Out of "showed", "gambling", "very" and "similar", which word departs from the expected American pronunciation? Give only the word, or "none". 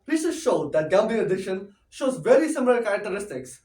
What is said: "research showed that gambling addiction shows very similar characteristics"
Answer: gambling